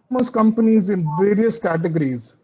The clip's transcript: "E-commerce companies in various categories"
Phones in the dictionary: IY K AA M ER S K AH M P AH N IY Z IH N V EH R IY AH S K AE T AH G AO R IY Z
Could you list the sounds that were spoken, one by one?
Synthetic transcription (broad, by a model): M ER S K AH M P AH N IY Z IH N V EH R IY AH S K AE T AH G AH R IY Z